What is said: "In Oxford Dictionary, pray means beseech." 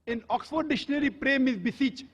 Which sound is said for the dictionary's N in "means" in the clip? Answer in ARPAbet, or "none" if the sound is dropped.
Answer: none